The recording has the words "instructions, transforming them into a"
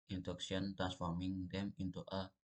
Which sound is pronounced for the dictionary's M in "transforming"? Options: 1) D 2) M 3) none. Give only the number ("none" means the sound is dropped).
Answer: 2